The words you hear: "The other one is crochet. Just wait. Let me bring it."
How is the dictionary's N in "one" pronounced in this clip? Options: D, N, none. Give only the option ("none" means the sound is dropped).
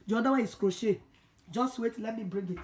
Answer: none